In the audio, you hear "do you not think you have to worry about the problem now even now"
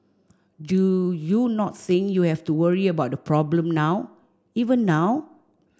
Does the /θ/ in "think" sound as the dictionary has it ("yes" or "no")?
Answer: no